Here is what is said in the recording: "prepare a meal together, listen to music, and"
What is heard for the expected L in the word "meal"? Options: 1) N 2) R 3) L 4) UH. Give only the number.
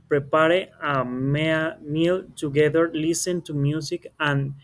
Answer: 3